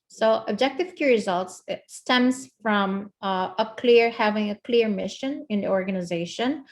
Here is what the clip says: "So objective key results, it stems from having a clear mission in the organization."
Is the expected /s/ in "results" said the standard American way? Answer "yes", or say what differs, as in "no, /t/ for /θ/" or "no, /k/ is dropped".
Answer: yes